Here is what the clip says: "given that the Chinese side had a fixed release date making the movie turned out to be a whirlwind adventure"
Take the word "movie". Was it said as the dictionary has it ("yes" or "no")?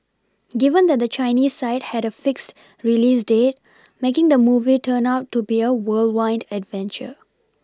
yes